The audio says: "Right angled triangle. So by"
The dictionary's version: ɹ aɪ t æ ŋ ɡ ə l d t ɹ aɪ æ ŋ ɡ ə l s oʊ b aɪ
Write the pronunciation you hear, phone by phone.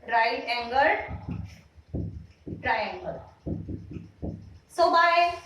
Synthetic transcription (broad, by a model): ɹ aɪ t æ ŋ ɡ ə d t ɹ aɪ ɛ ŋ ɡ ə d s oʊ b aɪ